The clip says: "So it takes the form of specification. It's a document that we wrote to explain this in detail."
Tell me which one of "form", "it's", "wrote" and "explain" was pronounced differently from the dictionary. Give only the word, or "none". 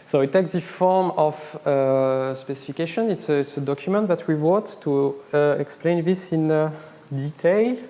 wrote